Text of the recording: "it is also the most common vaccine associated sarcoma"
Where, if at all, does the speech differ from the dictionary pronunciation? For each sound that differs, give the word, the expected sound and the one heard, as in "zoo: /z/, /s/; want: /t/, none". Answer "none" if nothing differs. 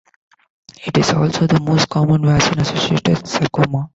vaccine: /k/, none